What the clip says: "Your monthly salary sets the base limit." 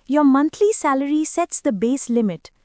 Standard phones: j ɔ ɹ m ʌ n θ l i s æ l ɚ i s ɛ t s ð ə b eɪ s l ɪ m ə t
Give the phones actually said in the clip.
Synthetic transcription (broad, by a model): j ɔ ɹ m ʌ n t l i s æ l ɚ i s ɛ t s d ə b eɪ s l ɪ m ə t